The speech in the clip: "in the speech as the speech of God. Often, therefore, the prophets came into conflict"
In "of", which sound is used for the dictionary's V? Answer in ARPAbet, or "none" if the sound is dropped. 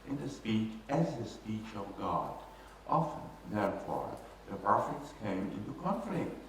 V